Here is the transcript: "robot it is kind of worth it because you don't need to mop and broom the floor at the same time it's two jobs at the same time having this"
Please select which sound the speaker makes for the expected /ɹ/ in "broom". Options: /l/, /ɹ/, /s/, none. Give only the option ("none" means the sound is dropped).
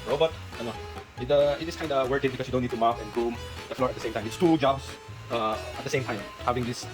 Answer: none